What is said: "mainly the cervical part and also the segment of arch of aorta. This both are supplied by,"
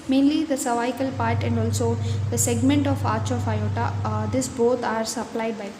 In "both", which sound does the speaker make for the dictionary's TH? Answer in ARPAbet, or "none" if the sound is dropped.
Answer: T